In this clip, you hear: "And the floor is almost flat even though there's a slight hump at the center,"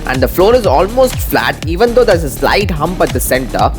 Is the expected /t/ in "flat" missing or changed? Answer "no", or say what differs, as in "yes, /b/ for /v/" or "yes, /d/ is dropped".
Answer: no